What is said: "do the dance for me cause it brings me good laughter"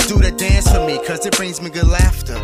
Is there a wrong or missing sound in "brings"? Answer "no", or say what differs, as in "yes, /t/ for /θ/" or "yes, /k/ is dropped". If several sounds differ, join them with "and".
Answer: no